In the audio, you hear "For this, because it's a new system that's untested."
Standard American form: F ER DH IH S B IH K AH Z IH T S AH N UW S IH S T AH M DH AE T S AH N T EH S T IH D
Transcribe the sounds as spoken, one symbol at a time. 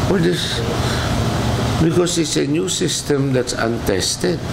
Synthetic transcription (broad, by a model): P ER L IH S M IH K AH S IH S AH N UW S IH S T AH M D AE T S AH N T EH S T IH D